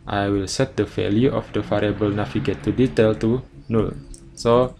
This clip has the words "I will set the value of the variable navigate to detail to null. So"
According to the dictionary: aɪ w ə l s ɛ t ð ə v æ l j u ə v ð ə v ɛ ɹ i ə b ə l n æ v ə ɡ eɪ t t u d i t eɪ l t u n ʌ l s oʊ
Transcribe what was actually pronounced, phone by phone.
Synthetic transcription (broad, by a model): aɪ w ə l s ɛ t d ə f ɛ l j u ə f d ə f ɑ ɹ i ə b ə l n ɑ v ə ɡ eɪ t t u d i t eɪ l t u n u l s oʊ